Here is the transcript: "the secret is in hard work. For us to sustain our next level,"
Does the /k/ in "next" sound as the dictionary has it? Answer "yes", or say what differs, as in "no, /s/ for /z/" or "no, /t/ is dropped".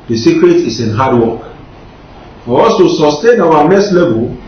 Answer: no, /k/ is dropped